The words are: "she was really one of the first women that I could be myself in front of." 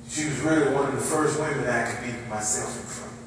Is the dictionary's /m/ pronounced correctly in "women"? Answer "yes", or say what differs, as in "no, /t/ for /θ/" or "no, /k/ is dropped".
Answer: no, /m/ is dropped